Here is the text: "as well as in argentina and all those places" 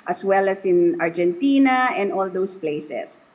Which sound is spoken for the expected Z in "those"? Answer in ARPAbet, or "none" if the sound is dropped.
S